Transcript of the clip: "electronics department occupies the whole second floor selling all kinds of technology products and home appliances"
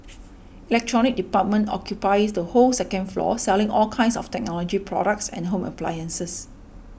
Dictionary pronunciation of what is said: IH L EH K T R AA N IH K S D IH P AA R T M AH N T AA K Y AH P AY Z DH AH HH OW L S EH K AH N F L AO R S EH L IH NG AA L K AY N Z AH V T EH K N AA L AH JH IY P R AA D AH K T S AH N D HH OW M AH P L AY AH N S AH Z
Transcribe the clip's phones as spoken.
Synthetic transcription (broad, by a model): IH L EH K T R AA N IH K D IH P AA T M AH N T AA K Y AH P AY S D AH HH OW L S EH K AH N F L AO S EH L IH NG AA L K AY N S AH F T EH K N AA L AH JH IY P R AA D AH K T S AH N HH OW M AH P L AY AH N S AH S